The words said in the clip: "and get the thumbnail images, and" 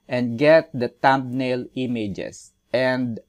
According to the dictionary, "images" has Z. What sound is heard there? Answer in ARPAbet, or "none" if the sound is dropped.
S